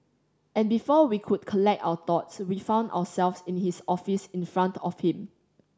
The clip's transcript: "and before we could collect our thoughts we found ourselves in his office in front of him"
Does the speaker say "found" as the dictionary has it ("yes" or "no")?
yes